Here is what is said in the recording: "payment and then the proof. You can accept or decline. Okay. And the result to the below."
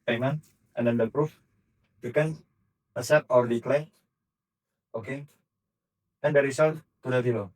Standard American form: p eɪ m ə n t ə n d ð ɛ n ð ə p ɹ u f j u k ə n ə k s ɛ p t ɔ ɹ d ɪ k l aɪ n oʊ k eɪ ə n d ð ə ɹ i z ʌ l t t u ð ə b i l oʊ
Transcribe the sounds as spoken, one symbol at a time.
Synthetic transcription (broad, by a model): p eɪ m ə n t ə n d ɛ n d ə p ɹ u f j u k ə n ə s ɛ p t ɔ ɹ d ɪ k l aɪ oʊ k eɪ ə n d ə ɹ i s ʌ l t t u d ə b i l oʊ